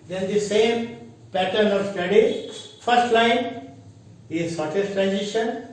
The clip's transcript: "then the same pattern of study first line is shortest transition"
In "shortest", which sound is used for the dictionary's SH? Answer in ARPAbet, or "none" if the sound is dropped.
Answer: S